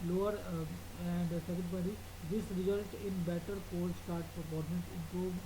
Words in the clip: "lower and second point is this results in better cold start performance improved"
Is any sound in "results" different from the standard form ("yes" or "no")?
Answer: yes